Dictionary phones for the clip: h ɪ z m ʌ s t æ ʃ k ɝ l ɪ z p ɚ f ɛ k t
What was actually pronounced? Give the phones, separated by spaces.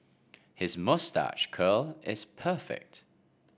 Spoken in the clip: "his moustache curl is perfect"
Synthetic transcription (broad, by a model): h ɪ z m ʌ s t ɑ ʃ k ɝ l ɪ z p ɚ f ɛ k t